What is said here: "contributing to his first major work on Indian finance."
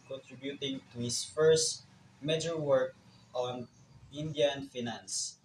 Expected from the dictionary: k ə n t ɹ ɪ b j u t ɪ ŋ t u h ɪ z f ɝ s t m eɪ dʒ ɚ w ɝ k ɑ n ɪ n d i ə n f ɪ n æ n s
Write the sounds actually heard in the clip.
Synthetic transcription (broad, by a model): k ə n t ɹ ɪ b j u t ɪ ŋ t u h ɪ s f ɝ s t m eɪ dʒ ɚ w ɝ k ɑ n ɪ n d i ə n f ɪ n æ n s